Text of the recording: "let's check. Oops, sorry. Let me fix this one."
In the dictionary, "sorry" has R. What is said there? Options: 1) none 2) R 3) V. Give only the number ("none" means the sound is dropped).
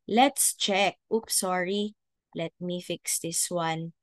2